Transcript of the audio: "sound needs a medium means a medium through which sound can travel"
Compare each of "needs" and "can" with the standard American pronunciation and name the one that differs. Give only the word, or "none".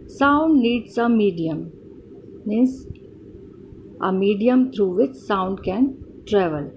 needs